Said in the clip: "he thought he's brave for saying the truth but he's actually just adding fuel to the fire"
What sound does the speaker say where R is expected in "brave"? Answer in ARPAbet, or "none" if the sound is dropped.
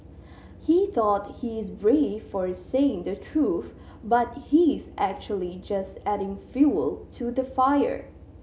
R